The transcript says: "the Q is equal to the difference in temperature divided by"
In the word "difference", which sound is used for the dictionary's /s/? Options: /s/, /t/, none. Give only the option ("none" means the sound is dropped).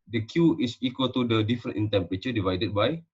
none